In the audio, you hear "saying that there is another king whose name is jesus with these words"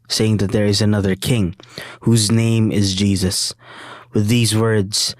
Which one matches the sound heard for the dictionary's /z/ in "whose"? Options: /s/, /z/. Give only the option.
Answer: /z/